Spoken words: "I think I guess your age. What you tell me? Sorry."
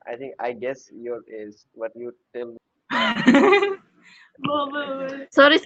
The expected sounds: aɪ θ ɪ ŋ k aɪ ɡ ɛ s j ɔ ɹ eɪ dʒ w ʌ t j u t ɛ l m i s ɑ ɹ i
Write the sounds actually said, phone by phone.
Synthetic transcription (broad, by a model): aɪ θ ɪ ŋ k aɪ ɡ ɛ s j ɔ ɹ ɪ z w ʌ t j u t ɛ l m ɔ s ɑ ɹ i